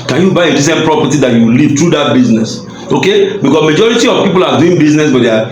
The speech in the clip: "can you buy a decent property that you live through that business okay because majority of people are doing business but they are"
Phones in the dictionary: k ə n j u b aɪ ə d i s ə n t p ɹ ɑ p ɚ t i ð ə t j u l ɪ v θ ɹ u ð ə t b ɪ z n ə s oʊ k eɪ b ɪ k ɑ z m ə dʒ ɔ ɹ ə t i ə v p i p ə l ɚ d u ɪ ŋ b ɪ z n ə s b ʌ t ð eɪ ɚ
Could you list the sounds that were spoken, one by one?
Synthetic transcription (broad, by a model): k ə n j u b aɪ ə d i s ə n t p ɹ ɑ p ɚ t i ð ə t j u l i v t ɹ u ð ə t b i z n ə s oʊ k eɪ b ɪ k ɑ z m ə dʒ ɔ ɹ ə t i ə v p i p ə l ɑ d u ɪ ŋ b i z n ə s b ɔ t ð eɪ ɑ